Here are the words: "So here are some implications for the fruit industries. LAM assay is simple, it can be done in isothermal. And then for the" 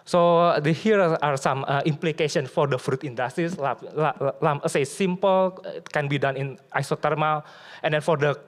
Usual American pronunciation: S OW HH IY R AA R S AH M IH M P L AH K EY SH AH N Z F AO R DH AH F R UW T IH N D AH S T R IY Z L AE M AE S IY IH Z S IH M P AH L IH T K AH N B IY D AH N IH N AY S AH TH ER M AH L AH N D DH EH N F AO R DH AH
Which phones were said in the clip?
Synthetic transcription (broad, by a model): S OW HH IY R AA R S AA M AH M P L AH K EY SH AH N S F AO R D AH F R UW T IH N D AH S T IY S L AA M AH S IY S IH M P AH L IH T K AH N B IY D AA N IH N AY S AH T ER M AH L AH N D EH N F AO R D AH